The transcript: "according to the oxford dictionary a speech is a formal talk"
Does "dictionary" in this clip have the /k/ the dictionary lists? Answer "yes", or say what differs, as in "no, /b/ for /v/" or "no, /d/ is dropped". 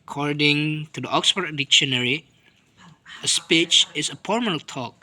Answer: yes